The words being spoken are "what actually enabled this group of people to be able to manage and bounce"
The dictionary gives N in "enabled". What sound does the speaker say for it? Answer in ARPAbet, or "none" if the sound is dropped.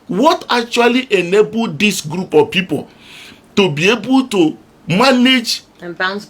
N